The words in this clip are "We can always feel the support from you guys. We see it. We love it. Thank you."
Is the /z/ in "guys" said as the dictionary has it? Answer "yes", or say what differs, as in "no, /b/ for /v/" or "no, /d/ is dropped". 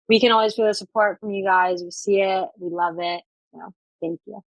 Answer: yes